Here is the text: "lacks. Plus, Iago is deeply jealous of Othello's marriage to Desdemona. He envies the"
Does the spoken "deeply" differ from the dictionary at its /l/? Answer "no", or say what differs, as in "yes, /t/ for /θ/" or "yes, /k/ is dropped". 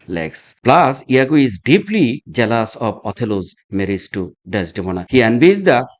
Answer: no